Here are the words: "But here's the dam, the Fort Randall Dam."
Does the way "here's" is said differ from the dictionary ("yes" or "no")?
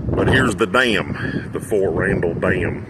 no